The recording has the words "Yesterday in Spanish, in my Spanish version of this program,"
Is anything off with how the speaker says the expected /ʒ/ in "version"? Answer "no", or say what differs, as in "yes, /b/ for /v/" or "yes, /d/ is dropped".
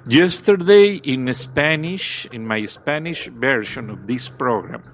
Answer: yes, /ʃ/ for /ʒ/